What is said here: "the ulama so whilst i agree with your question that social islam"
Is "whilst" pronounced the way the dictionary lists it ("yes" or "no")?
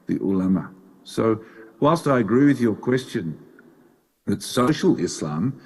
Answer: yes